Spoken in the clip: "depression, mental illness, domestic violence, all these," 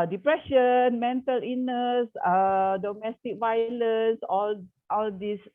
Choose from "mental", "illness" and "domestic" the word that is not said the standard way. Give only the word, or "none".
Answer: illness